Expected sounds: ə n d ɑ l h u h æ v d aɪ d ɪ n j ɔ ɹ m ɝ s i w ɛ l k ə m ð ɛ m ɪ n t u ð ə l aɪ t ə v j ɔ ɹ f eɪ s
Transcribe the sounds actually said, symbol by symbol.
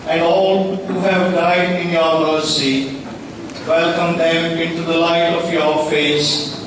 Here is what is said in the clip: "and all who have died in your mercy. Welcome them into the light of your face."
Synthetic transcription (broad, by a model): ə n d ɑ l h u h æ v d aɪ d ɪ n j ɔ ɹ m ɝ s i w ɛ l k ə m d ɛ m ɪ n t u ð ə l aɪ t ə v j ɔ ɹ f eɪ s